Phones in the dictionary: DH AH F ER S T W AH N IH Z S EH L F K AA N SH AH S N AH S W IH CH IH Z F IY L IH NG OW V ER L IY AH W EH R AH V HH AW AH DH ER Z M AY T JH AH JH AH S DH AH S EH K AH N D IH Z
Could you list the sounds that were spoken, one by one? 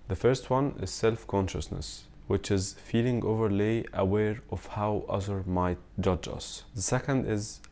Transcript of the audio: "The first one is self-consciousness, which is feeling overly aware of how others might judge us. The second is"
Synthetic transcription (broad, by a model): DH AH F ER S T W AH N IH Z S EH L F K AA N SH AH S N AH S W IH CH IH Z F IY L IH NG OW V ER L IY AH W EH R AH V HH AW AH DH ER M AY T JH AH JH AH S DH AH S EH K AH N D IH Z